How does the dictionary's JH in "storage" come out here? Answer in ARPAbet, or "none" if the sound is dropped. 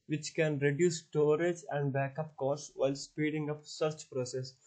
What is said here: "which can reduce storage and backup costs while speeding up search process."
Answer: JH